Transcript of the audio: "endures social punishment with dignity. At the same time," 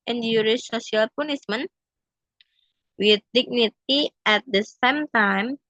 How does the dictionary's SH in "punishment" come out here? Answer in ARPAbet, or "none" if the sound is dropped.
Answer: S